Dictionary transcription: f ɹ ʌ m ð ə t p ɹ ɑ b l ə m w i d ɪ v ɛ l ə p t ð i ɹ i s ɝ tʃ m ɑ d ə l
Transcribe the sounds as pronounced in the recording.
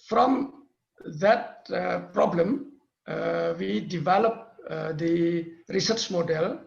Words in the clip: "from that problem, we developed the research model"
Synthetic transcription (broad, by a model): f ɹ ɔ m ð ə t p ɹ ɑ b l ə m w i d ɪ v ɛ l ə p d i ɹ i s ɝ tʃ m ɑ d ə l